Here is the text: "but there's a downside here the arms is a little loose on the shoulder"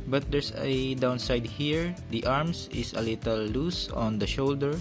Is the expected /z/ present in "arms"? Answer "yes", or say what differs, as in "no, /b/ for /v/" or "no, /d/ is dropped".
no, /s/ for /z/